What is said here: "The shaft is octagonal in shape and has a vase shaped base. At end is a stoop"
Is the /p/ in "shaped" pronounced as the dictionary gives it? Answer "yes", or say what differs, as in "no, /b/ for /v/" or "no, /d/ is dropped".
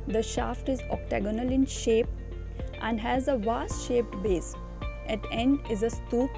yes